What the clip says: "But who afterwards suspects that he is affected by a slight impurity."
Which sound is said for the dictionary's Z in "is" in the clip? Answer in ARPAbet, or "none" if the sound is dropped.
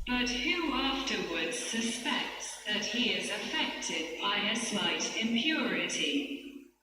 Z